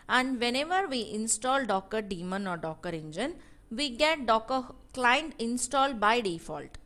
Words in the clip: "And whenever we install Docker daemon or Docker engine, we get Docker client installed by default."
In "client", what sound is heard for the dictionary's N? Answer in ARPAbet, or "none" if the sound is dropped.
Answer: N